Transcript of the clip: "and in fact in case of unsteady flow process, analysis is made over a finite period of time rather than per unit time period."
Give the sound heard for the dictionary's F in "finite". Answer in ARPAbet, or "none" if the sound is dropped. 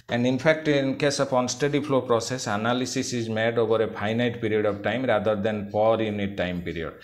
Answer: P